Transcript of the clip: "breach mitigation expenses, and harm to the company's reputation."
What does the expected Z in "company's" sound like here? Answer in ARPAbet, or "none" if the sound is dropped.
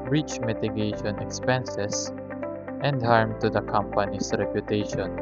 S